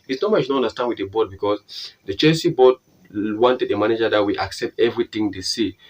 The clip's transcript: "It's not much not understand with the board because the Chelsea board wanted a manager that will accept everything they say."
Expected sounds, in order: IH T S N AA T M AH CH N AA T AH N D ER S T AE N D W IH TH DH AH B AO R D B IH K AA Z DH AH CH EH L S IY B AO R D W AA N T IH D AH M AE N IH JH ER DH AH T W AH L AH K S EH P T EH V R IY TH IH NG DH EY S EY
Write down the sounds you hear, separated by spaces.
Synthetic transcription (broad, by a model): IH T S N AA M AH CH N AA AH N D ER S T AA N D W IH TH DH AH B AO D B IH K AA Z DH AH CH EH S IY B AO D W AA N T IH D AH M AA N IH JH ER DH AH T W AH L AH K S EH P T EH V R IY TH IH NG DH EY S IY